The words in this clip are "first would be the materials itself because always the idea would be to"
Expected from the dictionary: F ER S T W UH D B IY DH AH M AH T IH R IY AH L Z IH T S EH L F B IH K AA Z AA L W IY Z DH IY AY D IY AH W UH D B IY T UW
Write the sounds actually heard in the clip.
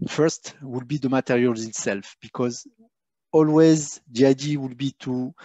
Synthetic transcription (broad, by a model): F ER S T W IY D B IY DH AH M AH T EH R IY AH L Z IH T S EH L F B IH K AA Z AA L W IY Z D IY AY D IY W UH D B IY T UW